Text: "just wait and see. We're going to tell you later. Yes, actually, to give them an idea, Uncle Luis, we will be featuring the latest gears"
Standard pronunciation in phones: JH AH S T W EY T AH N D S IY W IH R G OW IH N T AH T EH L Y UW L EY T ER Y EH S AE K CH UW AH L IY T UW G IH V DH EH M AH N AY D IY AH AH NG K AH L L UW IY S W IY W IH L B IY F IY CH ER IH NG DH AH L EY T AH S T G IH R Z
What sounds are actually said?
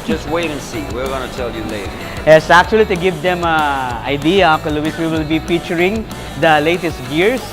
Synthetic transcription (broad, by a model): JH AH S T W EY T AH N S IY W IH R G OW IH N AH T EH L Y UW L EY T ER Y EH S AE K CH UW AH L IY T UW G IH V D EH M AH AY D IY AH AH K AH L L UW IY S W IY W IH L B IY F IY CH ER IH NG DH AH L EY T AH S T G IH R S